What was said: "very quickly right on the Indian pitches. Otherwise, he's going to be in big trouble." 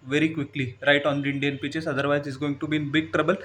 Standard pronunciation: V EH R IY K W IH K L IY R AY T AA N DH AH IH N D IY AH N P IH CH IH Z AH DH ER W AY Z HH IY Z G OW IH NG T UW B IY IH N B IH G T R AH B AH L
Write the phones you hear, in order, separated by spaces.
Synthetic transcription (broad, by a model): V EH R IY K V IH K L IY R AY T AA N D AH IH N D IY AH N P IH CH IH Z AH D ER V AY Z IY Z G OW IH NG T UW B IY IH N B IH G T R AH B AH L